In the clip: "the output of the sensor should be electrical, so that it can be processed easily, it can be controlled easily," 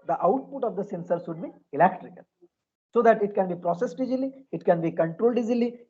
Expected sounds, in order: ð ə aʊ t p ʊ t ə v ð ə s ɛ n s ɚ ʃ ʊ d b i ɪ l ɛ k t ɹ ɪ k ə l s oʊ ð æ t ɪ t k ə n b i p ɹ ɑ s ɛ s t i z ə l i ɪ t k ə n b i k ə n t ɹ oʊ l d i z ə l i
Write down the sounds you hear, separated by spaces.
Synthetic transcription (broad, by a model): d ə aʊ t p ʊ t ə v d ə s ɛ n s ɚ s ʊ d b i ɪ l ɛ k t ɹ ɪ k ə l s oʊ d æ t ɪ t k ə n b i p ɹ ɑ s ɛ s t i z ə l i ɪ t k ə n b i k ə n t ɹ oʊ l d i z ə l i